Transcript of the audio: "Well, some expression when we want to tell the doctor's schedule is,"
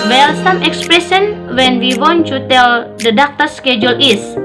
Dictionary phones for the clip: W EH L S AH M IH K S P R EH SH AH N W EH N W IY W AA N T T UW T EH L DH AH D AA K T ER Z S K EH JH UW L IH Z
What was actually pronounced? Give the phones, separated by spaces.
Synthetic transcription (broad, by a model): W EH L S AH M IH K S P R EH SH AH N W EH N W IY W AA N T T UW T EH L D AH D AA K T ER S K EH JH UW L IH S